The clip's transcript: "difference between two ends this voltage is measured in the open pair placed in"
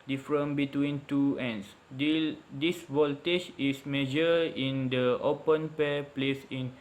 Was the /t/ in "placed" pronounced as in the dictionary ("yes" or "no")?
no